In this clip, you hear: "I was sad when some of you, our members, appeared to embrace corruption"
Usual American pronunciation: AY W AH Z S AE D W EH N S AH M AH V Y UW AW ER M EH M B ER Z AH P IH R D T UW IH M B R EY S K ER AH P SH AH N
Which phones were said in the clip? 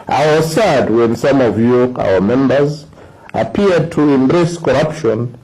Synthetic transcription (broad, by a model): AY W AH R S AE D W EH N S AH M AH V Y UW AW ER M EH M B ER Z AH P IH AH D T UW IH M B R EY S K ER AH P SH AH N